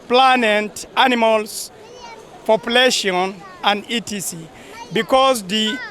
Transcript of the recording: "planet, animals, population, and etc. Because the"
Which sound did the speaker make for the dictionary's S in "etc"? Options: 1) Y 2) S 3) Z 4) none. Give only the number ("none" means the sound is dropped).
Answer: 4